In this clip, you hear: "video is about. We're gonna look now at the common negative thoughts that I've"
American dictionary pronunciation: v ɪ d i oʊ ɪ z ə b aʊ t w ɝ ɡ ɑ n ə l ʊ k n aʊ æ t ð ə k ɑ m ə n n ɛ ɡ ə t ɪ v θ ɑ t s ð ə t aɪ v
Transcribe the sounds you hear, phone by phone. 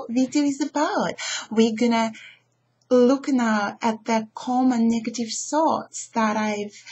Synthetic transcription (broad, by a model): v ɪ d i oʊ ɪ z ə b aʊ t w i ɡ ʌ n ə l ʊ k n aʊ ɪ t ð ə k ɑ m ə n n ɛ ɡ ə t ɪ v s ɑ t s ð ə t aɪ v